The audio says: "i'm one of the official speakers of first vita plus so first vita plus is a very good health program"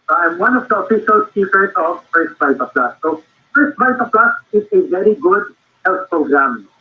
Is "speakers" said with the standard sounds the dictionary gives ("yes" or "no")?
no